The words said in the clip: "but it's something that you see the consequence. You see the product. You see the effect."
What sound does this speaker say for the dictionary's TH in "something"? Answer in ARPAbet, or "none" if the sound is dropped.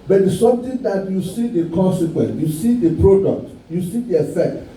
T